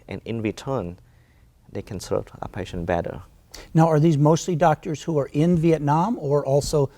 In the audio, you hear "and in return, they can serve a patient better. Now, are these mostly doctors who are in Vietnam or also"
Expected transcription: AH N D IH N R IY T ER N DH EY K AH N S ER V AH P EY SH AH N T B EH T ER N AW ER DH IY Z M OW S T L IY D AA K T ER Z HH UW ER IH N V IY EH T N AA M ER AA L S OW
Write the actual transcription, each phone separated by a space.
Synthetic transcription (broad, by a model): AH N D IH N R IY T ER N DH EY K AH N S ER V AH P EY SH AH N B EH T ER N AW ER DH IY Z M OW S T L IY D AA K T ER Z HH UW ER IH N V IY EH T N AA M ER AA L S OW